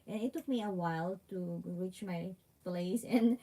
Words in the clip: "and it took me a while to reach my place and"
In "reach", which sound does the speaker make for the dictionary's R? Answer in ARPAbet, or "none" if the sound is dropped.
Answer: R